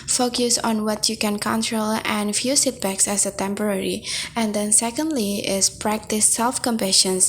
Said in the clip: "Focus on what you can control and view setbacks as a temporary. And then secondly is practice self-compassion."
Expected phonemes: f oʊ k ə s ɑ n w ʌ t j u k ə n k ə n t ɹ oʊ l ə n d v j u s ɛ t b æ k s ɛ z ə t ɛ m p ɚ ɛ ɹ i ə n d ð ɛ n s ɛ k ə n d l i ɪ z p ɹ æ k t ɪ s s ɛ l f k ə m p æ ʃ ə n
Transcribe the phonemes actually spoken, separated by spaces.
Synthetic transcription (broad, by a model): f oʊ k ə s ɑ n w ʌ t j u k ə n k ə n t ɹ oʊ l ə n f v j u s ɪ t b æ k s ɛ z ə t ɛ m p ɚ ɛ ɹ i ə n d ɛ n s ɛ k ə n d l i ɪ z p ɹ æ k t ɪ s s ɛ l f k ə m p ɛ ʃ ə n